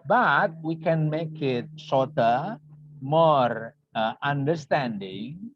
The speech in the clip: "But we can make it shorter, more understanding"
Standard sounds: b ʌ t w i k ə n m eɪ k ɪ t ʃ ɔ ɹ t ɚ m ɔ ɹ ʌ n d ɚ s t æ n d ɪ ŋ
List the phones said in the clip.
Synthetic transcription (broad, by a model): b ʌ t w i k ə n m eɪ k ɪ t s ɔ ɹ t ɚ m ɔ ɹ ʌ n d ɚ s t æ n d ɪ ŋ